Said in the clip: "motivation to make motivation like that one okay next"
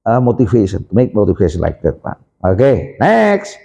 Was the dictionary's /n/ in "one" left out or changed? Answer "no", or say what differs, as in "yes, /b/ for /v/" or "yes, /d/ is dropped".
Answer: yes, /n/ is dropped